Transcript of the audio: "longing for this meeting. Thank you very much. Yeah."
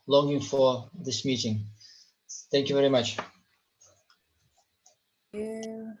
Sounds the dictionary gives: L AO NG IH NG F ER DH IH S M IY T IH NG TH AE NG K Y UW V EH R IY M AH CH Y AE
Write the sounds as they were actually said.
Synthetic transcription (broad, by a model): L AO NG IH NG F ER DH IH S M IY T IH NG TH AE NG K Y UW V EH R IY M AH CH